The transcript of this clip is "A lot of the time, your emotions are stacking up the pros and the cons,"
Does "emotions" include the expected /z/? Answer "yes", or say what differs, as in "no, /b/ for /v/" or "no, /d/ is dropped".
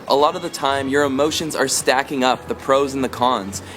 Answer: yes